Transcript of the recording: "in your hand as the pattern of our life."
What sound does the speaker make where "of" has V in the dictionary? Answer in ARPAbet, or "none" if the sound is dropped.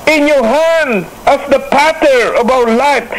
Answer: B